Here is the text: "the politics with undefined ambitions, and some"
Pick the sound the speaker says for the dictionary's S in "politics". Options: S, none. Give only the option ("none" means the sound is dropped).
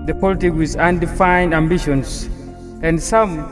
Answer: none